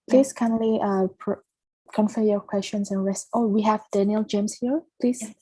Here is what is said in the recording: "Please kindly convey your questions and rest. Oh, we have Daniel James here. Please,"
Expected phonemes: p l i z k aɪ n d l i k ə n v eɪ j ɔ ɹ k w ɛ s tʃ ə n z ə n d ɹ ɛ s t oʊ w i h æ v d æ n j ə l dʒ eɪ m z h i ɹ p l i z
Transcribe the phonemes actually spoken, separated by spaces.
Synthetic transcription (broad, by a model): p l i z k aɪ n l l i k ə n f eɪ j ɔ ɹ k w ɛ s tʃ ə n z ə n ɹ ɛ s t oʊ w i h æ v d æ n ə l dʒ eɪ m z h i ɹ p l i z